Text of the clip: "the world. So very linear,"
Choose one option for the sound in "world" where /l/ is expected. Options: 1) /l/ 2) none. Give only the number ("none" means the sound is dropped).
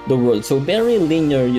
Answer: 2